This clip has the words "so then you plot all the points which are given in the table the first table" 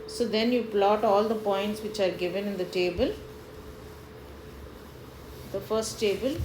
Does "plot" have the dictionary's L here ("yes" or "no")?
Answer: yes